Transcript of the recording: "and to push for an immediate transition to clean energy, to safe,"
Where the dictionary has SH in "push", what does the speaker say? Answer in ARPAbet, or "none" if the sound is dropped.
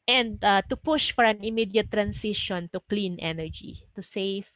SH